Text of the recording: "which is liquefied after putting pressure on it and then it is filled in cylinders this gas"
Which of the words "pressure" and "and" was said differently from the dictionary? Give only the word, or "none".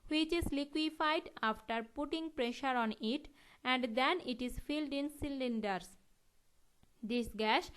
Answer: none